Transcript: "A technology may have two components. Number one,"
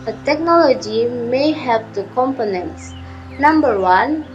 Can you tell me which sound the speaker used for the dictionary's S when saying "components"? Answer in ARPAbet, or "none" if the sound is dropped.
S